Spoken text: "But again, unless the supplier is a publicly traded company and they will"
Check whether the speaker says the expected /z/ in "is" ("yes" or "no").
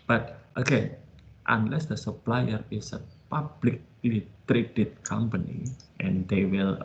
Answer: no